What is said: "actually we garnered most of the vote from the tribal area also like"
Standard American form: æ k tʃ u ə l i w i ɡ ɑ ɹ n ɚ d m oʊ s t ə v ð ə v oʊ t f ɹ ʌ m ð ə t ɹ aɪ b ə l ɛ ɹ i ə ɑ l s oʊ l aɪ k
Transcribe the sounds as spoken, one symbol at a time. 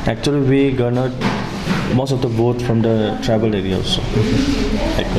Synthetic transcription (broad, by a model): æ k tʃ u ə l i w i ɡ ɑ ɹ n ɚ m oʊ s t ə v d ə b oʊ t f ɹ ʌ m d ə t ɹ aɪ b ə l ɛ ɹ i ə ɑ s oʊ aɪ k